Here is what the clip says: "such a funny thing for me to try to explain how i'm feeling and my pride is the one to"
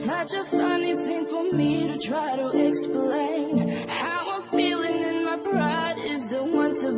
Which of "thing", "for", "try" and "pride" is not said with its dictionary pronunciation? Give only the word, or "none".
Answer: pride